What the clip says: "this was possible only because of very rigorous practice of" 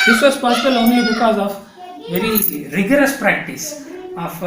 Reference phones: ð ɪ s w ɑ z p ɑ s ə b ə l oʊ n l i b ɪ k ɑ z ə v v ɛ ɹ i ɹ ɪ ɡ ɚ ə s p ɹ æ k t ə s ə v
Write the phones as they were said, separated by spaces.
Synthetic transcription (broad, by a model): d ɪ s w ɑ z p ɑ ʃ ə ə l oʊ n i b ɪ k ɑ z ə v v ɛ ɹ i ɹ ɪ ɡ ɚ ə s p ɹ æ k t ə s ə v